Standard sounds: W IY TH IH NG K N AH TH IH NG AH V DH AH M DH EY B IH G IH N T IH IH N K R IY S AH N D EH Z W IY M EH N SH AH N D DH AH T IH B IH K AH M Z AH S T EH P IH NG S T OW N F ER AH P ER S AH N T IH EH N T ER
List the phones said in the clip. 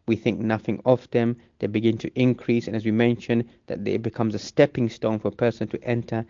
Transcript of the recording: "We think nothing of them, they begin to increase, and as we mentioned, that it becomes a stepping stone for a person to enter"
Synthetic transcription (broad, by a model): W IY TH IH NG K N AH TH IH NG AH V DH AH M DH EY B IH G IH N T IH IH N K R IY S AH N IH Z W IY M EH N SH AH N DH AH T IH B IH K AH M Z AH S T EH P IH NG S T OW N F ER AH P ER S AH N T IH EH N T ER